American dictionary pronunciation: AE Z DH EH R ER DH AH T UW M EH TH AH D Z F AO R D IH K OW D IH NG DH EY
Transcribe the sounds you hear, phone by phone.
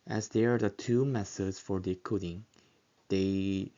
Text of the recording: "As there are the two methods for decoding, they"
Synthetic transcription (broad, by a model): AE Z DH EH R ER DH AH T UW M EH S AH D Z F AO R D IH K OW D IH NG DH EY